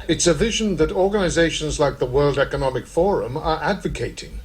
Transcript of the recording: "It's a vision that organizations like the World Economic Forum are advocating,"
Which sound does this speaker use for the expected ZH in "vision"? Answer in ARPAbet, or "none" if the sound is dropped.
ZH